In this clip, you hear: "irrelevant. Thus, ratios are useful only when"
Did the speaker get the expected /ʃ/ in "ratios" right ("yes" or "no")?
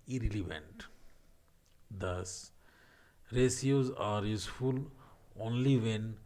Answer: no